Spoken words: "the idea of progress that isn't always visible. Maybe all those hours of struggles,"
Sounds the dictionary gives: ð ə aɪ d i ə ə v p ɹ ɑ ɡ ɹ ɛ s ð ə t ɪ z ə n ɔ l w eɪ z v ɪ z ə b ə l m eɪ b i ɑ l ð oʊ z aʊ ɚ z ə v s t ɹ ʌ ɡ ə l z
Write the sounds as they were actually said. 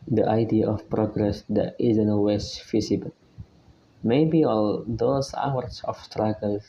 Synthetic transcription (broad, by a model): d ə aɪ d i ə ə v p ɹ ɑ ɡ ɹ ɛ s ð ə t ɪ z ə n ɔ w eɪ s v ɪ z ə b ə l m eɪ b i ɑ l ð oʊ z aʊ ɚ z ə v s t ɹ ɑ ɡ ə l